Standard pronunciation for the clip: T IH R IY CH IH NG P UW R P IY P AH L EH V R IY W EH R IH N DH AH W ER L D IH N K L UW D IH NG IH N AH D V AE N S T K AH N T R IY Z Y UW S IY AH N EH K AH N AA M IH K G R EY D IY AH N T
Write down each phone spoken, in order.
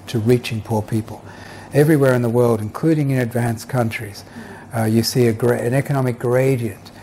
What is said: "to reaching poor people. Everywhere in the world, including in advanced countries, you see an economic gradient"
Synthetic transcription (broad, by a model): T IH R IY CH IH NG P UW R P IY P AH L EH V R IY W EH R IH N DH AH W ER L D IH N K L UW D IH NG IH N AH D V AE N S K AH N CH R IY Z Y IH S IY AH N EH K AH N AA M IH K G R EY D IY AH N T